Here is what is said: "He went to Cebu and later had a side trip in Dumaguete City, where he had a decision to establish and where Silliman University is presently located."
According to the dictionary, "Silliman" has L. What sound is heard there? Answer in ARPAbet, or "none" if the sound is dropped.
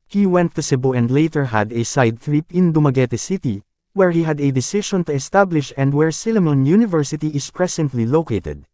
L